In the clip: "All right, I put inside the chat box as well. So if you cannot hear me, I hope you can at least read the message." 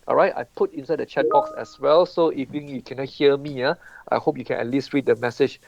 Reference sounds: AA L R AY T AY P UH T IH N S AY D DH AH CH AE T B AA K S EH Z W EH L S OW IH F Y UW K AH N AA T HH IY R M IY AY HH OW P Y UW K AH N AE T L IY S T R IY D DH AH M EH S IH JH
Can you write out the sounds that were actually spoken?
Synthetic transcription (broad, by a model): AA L R AY T AY P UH T IH N S AY D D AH CH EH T B AA K S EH S W EH L S OW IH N Y UW K AH N AA T HH IY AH M IY AY HH OW P Y UW K AH N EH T L IY S T R IY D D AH M EH S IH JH